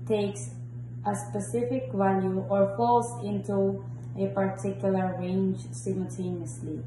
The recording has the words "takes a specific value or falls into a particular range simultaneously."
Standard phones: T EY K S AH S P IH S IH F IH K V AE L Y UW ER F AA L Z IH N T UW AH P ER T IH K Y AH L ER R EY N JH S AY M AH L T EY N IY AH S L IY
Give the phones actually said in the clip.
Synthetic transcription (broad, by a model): T EY K S AH S P IH S IH F IH K V AE L Y UW ER F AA L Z IH N T UW AH P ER T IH K Y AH L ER R EY N JH S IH M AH L T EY N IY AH S L IY